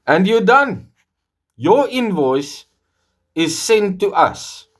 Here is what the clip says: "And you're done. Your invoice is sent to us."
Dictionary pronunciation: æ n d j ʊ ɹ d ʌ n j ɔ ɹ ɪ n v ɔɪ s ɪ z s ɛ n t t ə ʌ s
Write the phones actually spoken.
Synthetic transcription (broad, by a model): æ n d j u d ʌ n j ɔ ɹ ɪ n v ɔɪ s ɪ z s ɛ n t t ə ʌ s